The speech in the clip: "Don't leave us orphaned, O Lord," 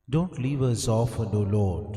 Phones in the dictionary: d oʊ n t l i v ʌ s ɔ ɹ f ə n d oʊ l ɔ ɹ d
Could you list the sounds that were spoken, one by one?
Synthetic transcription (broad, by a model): d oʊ n t l i v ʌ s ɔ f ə d oʊ l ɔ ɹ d